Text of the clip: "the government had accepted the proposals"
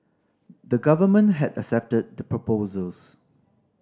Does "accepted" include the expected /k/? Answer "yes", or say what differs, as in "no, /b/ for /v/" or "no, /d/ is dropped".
no, /k/ is dropped